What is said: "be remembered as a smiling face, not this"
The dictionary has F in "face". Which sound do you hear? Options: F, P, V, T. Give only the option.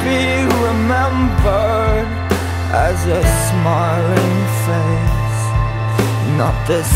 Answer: F